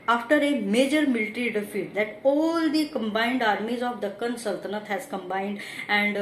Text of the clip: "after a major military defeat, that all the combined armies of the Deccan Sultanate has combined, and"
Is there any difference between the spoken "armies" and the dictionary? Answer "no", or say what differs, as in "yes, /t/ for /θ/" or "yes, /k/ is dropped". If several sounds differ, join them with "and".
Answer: no